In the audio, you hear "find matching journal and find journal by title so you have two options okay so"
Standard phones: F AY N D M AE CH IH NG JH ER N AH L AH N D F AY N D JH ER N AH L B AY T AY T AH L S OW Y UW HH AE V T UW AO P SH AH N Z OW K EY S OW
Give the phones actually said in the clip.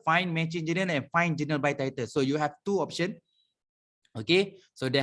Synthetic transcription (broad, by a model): F AY N M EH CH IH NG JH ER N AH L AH N F AY N JH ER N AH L B AY T AY T AH L S OW Y UW HH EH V T UW AO P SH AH N OW K EY S OW